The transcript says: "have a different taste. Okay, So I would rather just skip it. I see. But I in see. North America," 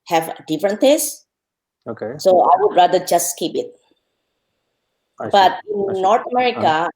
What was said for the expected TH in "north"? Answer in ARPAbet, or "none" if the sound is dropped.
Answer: T